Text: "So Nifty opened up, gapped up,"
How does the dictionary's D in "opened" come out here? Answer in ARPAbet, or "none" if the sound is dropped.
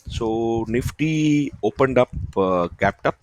D